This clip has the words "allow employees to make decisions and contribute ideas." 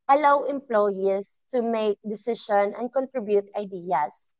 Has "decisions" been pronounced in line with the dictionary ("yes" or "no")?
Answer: no